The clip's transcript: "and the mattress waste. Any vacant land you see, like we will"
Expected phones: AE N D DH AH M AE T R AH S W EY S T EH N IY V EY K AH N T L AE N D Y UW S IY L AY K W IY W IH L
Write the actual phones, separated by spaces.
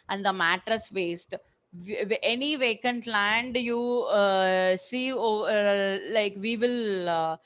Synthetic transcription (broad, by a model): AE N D AH M AE T R AH S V EY S T EH N IY V EY K AH N T L AE N D Y UW S IY L AY K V IY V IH L